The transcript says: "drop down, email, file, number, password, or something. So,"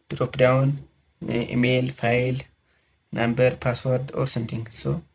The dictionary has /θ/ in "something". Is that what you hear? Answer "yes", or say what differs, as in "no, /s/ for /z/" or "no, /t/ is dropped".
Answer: no, /t/ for /θ/